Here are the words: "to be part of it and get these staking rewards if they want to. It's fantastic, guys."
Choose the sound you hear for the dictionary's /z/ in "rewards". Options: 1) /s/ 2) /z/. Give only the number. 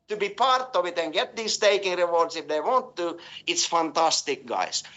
1